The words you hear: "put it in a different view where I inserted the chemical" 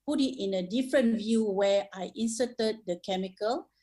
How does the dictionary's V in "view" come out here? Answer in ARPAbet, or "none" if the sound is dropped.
V